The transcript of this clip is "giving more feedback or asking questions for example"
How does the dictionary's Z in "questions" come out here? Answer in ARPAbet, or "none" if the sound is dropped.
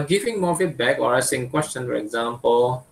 none